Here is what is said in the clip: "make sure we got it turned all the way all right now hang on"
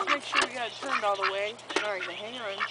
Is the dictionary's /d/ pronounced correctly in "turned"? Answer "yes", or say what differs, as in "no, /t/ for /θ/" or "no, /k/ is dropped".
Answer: yes